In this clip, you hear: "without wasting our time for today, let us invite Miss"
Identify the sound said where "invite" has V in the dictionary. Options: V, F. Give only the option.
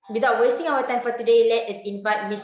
F